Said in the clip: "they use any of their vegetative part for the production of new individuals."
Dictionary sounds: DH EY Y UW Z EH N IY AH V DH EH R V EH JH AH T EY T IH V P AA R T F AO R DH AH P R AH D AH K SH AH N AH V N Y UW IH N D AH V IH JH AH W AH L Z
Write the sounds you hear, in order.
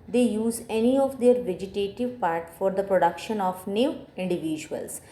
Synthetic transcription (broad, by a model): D EY Y UW Z EH N IY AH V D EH R V EH JH AH T EY T IH V P AA R T F AO R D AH P R AH D AH K SH AH N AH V N Y UW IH N D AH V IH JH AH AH L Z